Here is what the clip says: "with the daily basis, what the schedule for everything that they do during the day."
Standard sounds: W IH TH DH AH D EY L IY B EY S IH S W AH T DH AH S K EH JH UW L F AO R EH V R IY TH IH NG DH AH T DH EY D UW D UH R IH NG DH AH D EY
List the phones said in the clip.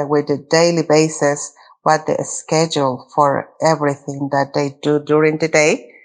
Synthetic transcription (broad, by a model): W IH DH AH D EY L IY B EY S IH S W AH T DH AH S K EH JH UW L F AO R EH V R IY TH IH NG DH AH T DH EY D UW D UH R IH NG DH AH D EY